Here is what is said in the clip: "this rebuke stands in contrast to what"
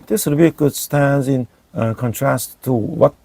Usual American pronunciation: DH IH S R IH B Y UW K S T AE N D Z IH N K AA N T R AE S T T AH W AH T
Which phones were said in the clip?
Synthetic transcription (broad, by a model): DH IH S W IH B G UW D S T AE N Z IH N K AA N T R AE S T T AH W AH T